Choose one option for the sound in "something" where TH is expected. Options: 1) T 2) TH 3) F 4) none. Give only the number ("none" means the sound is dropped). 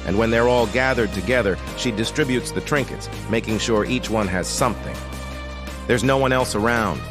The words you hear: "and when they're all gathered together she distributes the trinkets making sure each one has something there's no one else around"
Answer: 2